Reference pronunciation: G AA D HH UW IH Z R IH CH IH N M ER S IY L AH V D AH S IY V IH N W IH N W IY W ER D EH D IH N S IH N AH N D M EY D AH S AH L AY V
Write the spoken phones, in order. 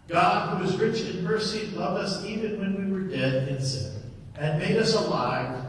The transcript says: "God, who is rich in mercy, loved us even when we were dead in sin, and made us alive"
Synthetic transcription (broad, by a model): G AA D HH UW IH Z R IH CH IH N M ER S IY L AH V D AH S IY V IH N W IH N W IY W ER D EH D IH N S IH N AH N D M EY D AH S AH L AY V